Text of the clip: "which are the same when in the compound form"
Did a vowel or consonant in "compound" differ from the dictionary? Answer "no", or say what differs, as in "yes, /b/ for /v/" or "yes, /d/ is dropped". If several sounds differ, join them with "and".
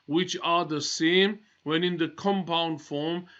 no